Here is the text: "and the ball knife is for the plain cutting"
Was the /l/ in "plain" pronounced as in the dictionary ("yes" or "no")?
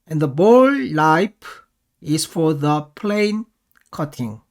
yes